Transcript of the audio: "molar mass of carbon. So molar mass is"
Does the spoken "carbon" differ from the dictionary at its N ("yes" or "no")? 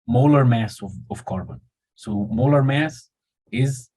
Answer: no